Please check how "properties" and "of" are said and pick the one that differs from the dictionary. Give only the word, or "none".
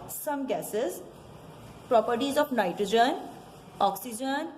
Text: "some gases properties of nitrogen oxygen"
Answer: of